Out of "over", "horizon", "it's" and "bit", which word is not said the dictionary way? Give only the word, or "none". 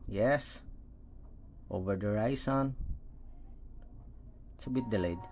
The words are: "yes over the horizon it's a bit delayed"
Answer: horizon